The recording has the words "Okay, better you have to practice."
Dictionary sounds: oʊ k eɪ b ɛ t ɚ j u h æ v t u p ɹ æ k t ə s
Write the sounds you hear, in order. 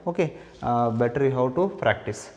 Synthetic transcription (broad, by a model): oʊ k eɪ b ɛ t ɚ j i h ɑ w t u p ɹ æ k t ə s